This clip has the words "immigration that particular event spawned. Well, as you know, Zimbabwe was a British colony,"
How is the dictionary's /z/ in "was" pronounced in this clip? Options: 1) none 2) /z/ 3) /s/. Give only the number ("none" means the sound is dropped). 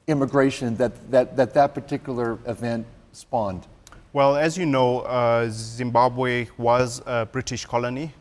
2